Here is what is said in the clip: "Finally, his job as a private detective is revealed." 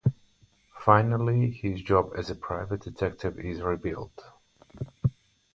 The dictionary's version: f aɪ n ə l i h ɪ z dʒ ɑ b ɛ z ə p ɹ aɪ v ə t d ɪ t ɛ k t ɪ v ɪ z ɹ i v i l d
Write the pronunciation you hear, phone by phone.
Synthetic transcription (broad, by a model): f aɪ n ə l i h ɪ z dʒ ɑ b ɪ z ə p ɹ aɪ v ə t d ɪ t ɛ k t ɪ v ɪ z ɹ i b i l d